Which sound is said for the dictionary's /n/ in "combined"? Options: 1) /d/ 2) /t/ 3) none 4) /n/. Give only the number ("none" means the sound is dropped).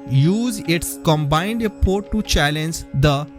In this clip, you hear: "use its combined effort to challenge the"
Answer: 4